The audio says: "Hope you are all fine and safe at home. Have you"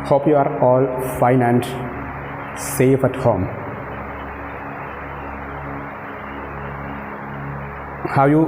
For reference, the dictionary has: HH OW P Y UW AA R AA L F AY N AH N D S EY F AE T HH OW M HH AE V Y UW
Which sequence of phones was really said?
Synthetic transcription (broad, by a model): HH OW P Y UW AA R AA L F AY N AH N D S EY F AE T HH OW M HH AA W Y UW